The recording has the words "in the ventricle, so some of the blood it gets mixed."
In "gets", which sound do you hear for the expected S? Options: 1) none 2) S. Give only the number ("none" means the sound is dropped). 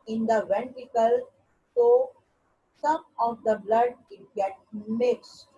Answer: 1